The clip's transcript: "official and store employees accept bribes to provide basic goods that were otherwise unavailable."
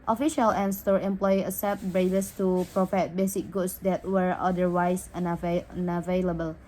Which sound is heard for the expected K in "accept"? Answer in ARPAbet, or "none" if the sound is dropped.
none